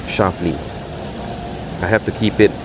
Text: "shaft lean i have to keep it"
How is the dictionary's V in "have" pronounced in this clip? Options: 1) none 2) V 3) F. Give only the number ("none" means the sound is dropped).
3